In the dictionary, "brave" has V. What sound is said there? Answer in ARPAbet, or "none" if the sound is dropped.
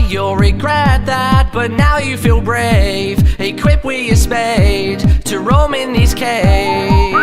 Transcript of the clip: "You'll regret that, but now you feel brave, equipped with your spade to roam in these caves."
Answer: V